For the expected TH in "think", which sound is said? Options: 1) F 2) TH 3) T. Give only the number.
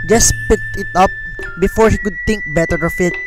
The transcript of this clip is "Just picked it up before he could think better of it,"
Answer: 3